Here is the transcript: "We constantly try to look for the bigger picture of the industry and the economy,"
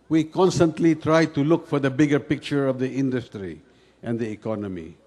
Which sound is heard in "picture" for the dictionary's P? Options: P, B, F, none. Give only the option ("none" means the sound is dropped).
P